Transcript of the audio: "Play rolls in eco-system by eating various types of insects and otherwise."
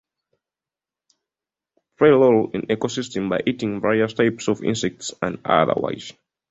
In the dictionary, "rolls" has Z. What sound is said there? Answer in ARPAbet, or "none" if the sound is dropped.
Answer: none